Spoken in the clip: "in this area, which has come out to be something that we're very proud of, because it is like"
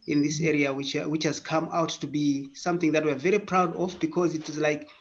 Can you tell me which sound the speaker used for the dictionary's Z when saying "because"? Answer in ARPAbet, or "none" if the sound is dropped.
Z